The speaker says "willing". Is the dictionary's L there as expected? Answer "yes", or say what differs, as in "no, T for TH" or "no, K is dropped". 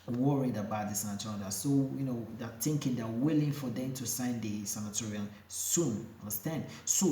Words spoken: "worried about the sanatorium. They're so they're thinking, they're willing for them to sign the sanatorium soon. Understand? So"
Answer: yes